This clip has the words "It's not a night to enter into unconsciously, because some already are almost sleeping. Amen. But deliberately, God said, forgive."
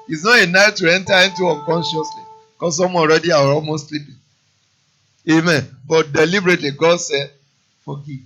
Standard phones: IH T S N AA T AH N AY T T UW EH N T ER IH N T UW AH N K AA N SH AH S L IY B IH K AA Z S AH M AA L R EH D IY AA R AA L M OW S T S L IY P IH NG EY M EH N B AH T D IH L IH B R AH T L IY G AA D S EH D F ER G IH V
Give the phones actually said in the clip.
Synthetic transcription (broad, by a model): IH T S N AA T AH N AY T T UW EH N T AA IH N T UW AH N K AA N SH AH S L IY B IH K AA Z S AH M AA N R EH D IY AA W AA L M OW S T S L IY P IH NG EY M EH N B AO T D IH L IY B R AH T L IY G AA D S EH D F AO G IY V